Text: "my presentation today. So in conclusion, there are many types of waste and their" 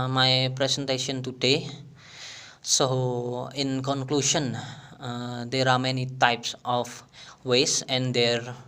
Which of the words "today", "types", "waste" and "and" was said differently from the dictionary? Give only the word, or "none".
waste